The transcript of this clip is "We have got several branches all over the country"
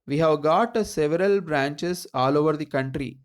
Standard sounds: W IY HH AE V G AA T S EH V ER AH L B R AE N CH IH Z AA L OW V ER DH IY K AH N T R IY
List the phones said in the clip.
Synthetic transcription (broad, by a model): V IY HH AE V G AA T S EH V ER AH L B R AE N CH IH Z AA L OW V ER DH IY K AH N T R IY